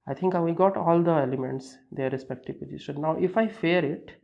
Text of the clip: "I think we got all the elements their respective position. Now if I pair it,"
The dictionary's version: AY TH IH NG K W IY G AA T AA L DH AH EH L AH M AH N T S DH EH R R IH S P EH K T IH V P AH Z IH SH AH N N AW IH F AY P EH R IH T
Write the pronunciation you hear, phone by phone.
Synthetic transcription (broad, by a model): AY T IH NG K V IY G AA T AA L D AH EH L AH M AH N T S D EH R R IH S P EH K T IH V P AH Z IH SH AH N N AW IH F AY F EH R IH T